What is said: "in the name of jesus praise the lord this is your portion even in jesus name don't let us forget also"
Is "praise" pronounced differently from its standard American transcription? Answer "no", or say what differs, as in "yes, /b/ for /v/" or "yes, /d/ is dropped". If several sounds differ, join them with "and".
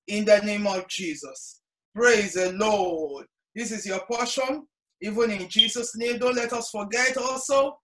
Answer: no